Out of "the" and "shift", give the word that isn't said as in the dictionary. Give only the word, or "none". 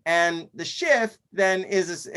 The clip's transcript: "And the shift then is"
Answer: none